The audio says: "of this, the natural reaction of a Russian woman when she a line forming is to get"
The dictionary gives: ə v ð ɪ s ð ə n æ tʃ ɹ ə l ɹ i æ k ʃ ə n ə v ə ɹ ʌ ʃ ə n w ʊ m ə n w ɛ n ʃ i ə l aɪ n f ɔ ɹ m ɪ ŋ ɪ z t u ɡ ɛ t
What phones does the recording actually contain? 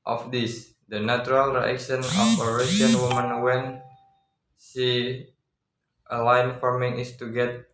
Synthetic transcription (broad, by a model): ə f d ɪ s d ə n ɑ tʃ ɹ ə l ɹ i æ k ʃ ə n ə f ə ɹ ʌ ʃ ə n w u m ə n w ɛ n s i ə l aɪ n f ɔ ɹ m ɪ ŋ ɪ s t u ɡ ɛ t